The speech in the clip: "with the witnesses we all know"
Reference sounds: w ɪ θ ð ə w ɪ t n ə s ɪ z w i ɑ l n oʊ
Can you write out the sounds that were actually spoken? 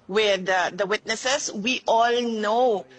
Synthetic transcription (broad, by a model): w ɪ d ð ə w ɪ t n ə s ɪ s w i ɑ l n oʊ